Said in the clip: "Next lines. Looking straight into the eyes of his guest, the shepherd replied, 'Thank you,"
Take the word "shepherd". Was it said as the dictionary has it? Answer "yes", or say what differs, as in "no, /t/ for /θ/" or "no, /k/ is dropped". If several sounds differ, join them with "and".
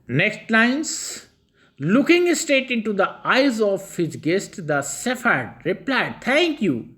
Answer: no, /s/ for /ʃ/ and /f/ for /p/